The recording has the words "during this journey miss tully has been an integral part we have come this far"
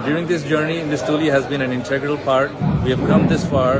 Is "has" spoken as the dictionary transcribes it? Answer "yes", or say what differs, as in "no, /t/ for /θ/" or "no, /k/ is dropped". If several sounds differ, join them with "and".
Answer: yes